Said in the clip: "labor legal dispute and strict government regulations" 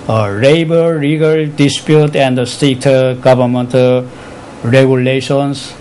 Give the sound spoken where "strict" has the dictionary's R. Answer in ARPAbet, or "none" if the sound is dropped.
none